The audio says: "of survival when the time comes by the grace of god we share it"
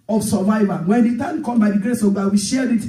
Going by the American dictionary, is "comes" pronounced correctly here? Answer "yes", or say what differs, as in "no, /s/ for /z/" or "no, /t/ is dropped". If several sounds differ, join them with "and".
no, /z/ is dropped